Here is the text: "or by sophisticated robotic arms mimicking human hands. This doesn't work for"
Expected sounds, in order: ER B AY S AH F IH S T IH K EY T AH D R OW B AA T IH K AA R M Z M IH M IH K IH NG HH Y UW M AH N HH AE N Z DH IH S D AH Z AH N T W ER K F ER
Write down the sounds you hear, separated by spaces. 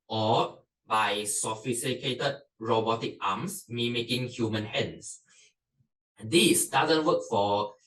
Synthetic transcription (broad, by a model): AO B AY S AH F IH S T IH K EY T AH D R OW B AA T IH K AA M S M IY M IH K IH NG HH Y UW M AH N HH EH N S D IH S D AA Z AH N T W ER K F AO